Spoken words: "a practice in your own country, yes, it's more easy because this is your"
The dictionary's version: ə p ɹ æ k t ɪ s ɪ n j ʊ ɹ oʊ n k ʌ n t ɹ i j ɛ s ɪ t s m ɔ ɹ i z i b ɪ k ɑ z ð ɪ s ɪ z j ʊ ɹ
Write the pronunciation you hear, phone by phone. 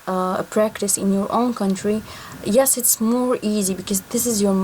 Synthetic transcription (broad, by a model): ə p ɹ æ k t ɪ s ɪ n j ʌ ɹ oʊ n k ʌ n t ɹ i j ɛ s ɪ t s m ɔ ɹ i z i b ɪ k ɑ z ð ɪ s ɪ z j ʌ ɹ